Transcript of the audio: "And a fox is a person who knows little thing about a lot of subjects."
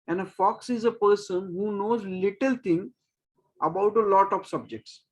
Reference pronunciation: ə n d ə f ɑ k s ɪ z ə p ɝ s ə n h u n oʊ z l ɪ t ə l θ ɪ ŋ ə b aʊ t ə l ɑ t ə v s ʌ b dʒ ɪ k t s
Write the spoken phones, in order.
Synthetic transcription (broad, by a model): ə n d ə f ɑ k s ɪ z ə p ɝ s ə n h u n oʊ z l ɪ t ə l t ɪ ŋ ə b aʊ t ə l ɑ t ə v s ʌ b dʒ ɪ k t s